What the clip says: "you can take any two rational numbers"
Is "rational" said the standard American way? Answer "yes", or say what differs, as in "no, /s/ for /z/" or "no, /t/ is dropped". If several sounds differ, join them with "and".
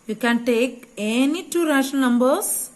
no, /n/ is dropped and /n/ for /l/